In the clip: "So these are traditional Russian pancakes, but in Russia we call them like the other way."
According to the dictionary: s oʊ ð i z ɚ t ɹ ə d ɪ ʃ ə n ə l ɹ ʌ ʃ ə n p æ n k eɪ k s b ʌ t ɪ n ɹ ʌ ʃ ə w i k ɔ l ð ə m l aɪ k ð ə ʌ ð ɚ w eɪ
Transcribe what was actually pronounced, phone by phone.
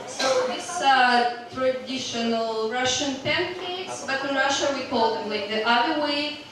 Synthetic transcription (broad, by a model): s oʊ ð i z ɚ t ɹ ə d ɪ ʃ ə n ə l ɹ ʌ ʃ ə n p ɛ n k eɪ s b ʌ t ɪ n ɹ ʌ ʃ ə w i k ɔ l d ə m l aɪ k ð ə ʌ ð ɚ w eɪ